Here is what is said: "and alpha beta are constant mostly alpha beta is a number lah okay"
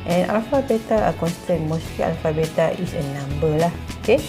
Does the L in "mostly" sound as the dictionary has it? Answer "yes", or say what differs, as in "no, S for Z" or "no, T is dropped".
no, L is dropped